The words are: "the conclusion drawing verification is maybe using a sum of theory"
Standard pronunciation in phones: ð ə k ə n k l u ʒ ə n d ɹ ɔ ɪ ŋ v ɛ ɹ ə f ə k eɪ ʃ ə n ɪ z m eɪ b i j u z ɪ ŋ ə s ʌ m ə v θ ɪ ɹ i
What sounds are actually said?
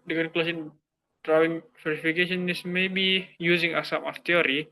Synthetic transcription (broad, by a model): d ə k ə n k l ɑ s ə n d ɹ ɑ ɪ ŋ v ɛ ɹ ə f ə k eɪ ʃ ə n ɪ s m eɪ b i j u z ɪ ŋ ə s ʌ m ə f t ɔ ɹ i